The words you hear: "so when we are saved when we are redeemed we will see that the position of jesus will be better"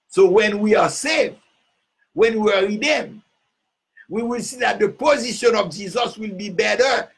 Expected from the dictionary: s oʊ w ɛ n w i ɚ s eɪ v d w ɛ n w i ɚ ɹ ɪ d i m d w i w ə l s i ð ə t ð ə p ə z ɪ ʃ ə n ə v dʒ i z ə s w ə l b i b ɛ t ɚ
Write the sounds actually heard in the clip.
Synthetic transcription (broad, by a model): s oʊ w ɛ n w i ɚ s eɪ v w ɛ n w i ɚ ɹ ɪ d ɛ m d w i w ə l s i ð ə t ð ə p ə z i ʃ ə n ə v dʒ i z ə s w ə l b i b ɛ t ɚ